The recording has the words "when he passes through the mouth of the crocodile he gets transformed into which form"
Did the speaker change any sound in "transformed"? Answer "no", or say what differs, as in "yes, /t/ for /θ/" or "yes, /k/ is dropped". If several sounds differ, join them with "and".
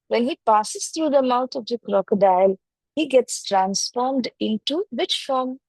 no